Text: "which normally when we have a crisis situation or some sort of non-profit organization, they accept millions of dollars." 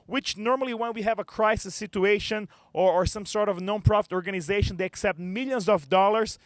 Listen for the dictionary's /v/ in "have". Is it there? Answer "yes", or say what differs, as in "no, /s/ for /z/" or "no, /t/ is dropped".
yes